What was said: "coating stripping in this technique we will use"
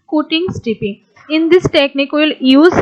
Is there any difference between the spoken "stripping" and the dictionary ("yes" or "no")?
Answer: yes